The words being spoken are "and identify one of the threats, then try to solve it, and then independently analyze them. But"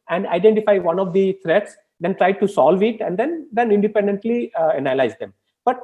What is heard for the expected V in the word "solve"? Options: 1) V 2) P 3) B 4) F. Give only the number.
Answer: 1